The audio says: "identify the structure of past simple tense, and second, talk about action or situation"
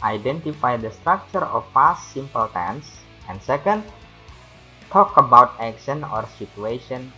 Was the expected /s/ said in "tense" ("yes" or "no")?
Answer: yes